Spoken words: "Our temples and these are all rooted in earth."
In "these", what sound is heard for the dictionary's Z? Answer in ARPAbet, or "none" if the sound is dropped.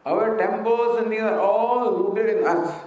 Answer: none